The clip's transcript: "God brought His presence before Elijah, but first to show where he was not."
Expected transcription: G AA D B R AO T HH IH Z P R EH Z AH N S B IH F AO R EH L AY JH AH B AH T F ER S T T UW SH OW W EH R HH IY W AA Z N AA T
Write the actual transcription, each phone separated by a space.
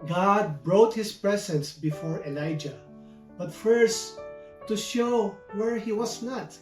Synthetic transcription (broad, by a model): G AA D B R AO T HH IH S P R EH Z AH N S B IH F AO R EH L AY JH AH B AH T F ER S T T UW SH OW W EH R HH IY W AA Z N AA T